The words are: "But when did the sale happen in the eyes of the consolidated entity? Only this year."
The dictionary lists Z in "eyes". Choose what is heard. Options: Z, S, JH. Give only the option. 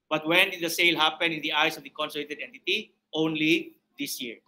S